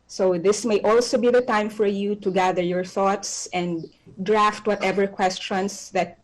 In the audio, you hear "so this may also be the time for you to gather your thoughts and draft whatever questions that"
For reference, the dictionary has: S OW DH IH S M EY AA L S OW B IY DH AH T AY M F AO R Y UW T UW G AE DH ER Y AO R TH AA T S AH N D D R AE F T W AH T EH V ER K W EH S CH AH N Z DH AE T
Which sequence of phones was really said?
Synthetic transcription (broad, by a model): S OW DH IH S M EY AA L S OW B IY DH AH T AY M F AO R Y UW T UW G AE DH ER Y AO R TH AA T S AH N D D R AE F T W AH T EH V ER K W EH S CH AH N S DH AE T